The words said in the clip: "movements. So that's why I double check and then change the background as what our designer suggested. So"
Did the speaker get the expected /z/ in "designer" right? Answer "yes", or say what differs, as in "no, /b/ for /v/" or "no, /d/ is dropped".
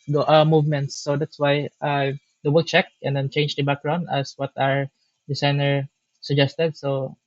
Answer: no, /s/ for /z/